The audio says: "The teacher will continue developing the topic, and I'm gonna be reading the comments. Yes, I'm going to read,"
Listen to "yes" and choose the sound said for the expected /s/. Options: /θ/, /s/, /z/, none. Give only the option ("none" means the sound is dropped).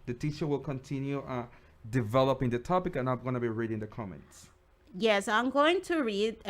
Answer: /s/